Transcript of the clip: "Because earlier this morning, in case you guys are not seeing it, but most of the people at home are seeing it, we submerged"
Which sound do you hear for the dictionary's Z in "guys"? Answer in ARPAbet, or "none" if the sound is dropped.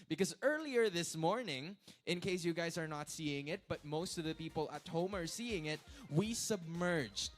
Z